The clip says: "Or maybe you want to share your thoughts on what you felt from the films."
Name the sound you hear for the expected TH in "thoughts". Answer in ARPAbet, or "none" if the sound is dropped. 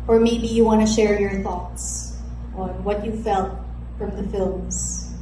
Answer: TH